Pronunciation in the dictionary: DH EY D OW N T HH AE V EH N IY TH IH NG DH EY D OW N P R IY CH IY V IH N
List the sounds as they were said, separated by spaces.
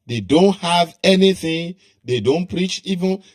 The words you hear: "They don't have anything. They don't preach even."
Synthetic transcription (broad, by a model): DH EY D OW N T HH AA V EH N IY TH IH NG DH EY D OW N P R IY CH IY V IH N